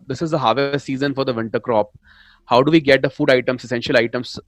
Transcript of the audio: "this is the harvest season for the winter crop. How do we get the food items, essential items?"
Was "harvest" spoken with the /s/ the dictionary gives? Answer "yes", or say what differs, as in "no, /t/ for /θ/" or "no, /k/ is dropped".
no, /s/ is dropped